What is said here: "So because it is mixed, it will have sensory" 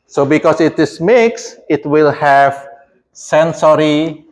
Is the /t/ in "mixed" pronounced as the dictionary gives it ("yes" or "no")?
no